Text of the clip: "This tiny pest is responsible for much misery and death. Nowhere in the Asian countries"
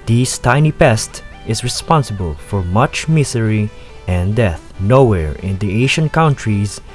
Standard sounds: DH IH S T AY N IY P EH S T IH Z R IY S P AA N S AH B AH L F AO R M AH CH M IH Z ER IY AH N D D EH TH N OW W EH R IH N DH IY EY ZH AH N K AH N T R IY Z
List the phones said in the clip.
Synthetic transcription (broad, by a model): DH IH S T AY N IY P EH S T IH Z R IY S P AA N S AH B AH L F AO R M AH CH M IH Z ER IY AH N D D EH TH N OW W EH R IH N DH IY EY SH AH N K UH N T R IY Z